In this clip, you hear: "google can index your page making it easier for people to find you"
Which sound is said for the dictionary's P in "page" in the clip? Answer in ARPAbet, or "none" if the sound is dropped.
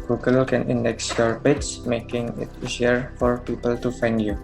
B